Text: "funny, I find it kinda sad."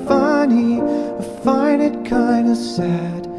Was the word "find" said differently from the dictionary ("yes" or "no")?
yes